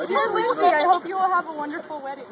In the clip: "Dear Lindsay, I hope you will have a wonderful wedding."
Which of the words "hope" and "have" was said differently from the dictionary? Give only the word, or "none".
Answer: none